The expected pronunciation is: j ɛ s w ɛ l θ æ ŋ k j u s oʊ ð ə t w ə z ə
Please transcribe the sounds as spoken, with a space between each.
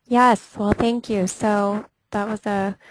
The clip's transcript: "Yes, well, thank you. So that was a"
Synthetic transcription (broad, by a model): j ɛ s w ɛ l θ æ ŋ k j u s oʊ ð ə t w ə z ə